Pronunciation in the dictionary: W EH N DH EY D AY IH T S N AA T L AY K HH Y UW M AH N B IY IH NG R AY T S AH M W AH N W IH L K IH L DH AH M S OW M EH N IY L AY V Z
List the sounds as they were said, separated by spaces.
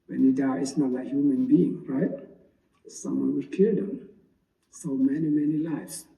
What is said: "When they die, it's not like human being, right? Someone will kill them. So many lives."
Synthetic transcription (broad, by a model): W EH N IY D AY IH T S N AA T L AY K HH Y UW M AH N B IY IH NG R AY T S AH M W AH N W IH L K IH L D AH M S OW M EH N IY L AY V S